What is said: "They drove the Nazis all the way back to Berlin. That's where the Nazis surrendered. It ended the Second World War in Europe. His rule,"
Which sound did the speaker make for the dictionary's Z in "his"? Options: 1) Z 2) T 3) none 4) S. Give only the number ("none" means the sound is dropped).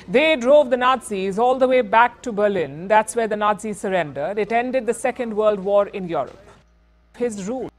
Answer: 1